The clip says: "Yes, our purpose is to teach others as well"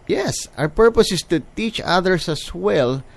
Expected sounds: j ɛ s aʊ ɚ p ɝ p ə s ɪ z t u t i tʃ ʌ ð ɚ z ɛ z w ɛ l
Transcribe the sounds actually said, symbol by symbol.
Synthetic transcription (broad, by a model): j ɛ s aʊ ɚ p ɝ p ə s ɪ s t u t i tʃ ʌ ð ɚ s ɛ s w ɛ l